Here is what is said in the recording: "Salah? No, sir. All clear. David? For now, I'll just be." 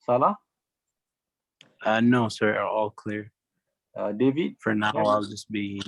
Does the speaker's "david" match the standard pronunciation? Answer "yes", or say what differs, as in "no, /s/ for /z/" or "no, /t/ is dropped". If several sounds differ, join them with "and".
yes